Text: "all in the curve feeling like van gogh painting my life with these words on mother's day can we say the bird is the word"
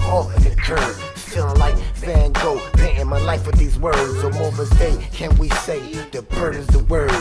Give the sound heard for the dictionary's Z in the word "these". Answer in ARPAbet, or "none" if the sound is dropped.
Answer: Z